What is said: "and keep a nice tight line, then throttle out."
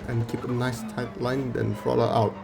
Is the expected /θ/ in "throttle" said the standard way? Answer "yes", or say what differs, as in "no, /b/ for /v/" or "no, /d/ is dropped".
no, /f/ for /θ/